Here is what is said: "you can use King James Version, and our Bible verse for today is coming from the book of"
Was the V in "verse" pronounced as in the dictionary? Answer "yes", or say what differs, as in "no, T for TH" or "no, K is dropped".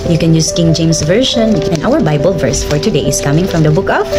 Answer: yes